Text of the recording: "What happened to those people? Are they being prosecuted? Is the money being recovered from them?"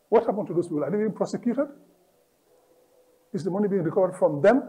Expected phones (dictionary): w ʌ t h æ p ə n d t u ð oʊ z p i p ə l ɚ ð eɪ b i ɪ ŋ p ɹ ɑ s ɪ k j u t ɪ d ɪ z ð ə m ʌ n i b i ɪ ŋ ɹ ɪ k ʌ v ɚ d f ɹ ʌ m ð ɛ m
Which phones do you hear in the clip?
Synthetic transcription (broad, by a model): w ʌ t h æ p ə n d t u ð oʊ s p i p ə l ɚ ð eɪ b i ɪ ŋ p ɹ ɑ s ɪ k j u t ɪ d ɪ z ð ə m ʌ n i b i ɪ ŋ ɹ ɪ k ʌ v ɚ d f ɹ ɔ m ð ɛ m